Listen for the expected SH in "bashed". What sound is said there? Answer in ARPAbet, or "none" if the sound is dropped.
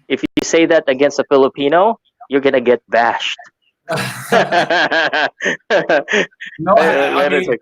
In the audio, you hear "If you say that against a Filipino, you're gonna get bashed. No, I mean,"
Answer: SH